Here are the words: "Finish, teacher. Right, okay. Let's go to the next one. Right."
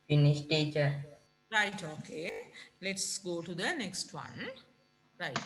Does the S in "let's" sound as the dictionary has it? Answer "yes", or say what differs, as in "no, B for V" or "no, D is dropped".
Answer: yes